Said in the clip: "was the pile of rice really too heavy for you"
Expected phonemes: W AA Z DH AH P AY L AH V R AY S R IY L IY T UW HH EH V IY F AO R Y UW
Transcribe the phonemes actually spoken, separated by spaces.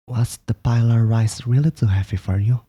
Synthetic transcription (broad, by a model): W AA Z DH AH P AY L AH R R AY S R IY L IY T UW HH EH P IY F AO R Y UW